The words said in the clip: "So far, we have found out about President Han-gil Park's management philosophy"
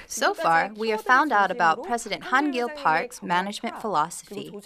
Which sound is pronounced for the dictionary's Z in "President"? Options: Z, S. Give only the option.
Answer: Z